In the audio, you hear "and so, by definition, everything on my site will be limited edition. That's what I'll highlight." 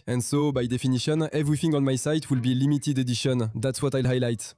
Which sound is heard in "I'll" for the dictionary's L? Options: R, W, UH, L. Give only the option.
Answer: L